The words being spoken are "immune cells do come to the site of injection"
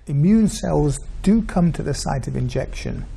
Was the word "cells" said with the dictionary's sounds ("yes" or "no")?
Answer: yes